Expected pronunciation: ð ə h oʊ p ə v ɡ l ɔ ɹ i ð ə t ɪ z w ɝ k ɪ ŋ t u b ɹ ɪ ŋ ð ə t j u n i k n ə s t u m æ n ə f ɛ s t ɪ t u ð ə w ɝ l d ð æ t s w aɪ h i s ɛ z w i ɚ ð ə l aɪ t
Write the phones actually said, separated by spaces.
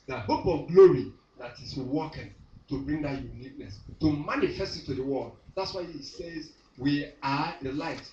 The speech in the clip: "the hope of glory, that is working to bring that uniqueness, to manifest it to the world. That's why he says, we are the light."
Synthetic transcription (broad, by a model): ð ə h oʊ p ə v ɡ l ɔ ɹ i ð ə t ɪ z w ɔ k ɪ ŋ t u b ɹ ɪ ŋ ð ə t j u n i k n ə s t u m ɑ n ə f ɛ s t ɪ t u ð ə w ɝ l d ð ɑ t s w aɪ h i s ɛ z w i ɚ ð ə l aɪ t